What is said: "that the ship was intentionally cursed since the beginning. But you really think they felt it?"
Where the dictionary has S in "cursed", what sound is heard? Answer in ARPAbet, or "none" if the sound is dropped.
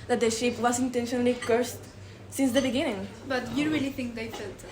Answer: S